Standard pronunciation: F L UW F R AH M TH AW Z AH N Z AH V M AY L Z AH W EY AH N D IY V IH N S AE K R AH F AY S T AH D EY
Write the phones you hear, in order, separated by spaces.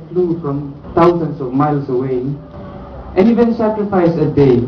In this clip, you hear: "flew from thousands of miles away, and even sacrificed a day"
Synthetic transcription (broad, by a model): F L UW F R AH M T AW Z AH N S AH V M AY L S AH W EY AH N IY V IH N S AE K R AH F AY S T AH D EY